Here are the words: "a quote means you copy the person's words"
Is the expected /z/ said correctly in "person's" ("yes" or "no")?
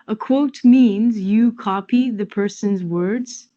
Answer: yes